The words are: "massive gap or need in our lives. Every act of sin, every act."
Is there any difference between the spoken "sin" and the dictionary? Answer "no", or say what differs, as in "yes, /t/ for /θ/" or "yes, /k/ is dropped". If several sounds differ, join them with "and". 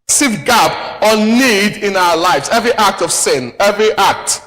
no